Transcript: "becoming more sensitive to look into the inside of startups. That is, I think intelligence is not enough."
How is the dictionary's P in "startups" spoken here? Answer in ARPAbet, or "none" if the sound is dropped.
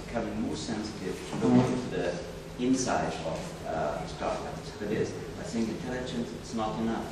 none